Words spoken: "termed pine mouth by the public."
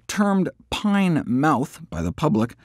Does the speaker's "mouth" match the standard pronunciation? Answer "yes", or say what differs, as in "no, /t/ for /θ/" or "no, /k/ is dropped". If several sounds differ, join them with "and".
yes